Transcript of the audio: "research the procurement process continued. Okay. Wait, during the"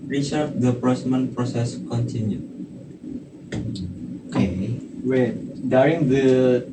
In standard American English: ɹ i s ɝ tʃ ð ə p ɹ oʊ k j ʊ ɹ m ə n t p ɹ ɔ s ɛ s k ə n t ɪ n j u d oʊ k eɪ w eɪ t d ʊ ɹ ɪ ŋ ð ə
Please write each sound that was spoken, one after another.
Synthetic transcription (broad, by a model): ɹ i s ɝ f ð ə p ɹ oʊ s m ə n p ɹ ɔ s ɛ s k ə n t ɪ n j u oʊ k eɪ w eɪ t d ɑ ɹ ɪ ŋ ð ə